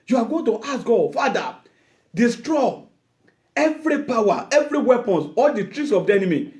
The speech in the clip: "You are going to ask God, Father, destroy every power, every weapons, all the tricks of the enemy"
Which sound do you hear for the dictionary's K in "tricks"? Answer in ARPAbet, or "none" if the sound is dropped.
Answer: none